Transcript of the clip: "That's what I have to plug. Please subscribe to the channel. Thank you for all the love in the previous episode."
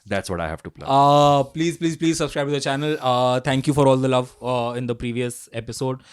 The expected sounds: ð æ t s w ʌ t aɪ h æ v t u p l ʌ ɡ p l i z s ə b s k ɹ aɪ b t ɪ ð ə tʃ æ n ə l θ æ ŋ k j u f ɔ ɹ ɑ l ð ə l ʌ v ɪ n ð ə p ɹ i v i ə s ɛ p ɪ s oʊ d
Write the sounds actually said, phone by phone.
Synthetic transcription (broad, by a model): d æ t s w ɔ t aɪ h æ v t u p l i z p l i z s ə b s k ɹ aɪ b t ɪ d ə tʃ æ n ə l t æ ŋ k j u f ɔ ɹ ɑ l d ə l ʌ v ɪ n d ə p ɹ i v i ə s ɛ p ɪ s oʊ d